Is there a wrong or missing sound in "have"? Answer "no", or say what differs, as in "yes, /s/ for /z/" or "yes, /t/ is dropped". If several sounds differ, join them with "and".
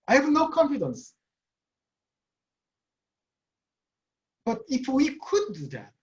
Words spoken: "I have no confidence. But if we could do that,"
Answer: no